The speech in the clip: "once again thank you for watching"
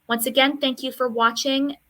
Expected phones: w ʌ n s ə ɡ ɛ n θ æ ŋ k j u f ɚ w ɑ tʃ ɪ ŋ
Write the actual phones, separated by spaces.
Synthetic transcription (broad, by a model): w ʌ n s ə ɡ ɛ n θ æ ŋ k j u f ɚ w ɑ tʃ ɪ ŋ